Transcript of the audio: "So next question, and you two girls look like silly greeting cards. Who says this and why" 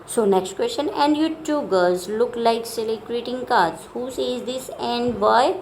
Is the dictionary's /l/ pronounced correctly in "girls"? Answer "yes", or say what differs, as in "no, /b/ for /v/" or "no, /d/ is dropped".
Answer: no, /l/ is dropped